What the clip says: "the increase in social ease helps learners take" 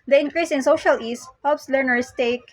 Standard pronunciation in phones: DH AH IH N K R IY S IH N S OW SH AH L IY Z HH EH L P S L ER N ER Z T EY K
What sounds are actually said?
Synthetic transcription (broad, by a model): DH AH IH N K R IY S IH N S OW SH AH L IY S HH EH L P S L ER N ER S T EY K